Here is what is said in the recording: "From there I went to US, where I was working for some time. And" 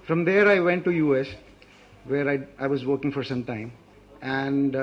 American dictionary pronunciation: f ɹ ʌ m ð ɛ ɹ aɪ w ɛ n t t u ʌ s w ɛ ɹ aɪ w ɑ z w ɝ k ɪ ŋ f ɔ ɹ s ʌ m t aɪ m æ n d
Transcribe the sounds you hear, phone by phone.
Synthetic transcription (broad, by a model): f ɹ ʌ m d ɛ ɹ aɪ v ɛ n t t u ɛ s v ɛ ɹ aɪ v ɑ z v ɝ k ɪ ŋ f ɔ ɹ s ʌ m t aɪ m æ n d